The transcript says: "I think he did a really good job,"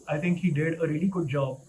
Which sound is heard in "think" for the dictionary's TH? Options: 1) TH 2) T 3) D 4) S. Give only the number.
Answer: 2